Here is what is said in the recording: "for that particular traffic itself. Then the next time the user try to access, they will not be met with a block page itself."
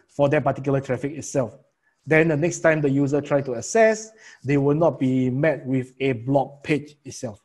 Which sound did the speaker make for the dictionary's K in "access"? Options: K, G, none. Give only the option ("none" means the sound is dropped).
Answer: none